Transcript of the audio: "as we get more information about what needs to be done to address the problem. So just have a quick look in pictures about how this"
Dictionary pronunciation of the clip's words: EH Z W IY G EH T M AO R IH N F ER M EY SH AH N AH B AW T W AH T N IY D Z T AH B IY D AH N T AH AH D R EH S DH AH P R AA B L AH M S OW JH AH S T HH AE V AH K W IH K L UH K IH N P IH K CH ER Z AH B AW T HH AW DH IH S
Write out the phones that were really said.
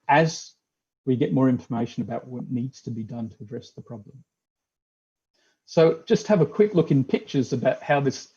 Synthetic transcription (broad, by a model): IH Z W IY G EH T M AO R IH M F ER M EY SH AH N AH B AW T W AH T N IY D Z T AH B IY D AH N T AH AH D R EH S DH AH P R AA B L AH M S OW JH AH S T HH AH V AH K W IH K L UH K IH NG P IH K CH ER Z AH B AW T HH AW DH IH S